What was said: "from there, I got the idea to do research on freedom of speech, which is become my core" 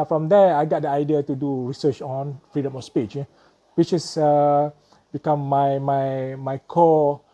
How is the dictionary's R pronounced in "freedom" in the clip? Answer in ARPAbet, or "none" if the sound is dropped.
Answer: R